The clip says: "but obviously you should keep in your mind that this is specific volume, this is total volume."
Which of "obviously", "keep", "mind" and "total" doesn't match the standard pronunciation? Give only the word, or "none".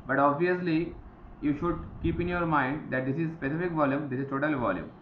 none